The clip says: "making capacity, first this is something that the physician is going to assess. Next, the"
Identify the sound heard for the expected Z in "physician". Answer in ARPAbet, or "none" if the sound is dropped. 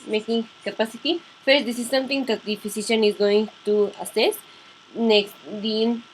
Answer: S